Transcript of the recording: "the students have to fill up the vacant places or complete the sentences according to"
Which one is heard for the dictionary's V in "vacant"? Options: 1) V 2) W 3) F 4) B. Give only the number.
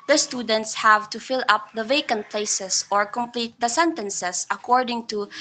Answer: 1